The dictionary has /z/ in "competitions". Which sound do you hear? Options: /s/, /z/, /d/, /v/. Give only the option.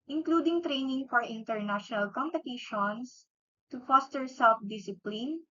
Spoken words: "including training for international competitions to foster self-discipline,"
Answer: /s/